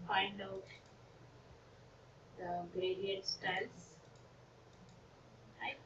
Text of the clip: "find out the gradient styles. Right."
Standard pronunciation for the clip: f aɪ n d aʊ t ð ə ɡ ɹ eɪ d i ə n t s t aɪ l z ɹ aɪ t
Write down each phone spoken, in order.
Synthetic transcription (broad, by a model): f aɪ n d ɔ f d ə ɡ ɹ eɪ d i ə t s t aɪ l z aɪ